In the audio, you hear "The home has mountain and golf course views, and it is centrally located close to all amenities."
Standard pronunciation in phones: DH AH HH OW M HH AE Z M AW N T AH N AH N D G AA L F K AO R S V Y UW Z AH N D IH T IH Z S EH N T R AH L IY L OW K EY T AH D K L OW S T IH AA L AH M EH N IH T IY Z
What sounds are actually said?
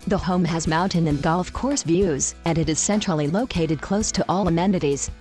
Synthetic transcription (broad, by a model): DH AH HH OW M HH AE Z M AW N T AH N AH N G AA L F K AO R S V Y UW Z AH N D IH T IH Z S EH N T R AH L IY L OW K EY T AH D K L OW S T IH AA L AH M EH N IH T IY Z